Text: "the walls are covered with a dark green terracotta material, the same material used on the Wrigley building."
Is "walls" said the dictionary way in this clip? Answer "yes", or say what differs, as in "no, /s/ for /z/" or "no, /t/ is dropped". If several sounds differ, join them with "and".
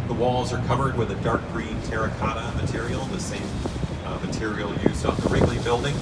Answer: yes